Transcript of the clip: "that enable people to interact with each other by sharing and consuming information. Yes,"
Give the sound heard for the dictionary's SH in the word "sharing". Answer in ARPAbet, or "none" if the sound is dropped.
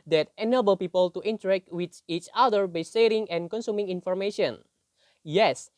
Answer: S